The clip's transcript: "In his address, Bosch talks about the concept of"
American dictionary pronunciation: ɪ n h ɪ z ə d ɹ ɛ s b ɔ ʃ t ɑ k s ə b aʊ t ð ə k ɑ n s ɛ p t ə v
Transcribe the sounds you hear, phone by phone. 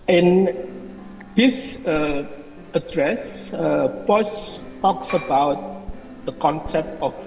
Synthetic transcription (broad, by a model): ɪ n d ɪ s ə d ɹ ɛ s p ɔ s t ɑ k s ə b aʊ t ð ə k ɑ n s ɛ p t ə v